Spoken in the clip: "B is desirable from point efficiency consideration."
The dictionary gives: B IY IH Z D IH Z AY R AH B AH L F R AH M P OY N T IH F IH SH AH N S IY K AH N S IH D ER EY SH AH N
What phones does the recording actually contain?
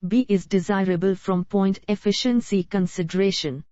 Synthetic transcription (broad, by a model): B IY IH Z D IH Z AY R AH B AH L F R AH M P OY N T IH F IH SH AH N S IY K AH N S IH D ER EY SH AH N